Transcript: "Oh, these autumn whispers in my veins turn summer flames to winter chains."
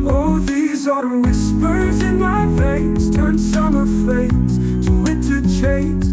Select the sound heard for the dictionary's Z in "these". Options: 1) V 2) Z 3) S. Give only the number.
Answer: 2